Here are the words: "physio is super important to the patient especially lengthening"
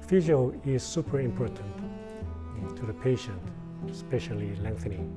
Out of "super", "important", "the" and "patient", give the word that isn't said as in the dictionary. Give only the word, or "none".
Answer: none